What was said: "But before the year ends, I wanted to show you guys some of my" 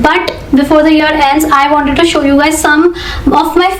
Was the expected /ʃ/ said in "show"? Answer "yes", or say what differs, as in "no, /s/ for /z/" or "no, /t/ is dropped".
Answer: yes